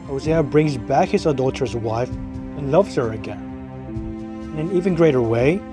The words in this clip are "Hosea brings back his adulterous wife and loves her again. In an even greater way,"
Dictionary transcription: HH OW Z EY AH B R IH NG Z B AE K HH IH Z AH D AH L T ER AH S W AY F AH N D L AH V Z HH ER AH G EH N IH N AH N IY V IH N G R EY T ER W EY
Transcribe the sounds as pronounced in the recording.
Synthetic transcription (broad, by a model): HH OW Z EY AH B R IH NG Z B AE K HH IH Z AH D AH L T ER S W AY F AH N L AH V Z HH ER AH G EH N IH N AH N IY V IH N G R EY T ER W EY